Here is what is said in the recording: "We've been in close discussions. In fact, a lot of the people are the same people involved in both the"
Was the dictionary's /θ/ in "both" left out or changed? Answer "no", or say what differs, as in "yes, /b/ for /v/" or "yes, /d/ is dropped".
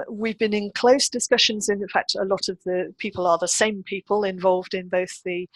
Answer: no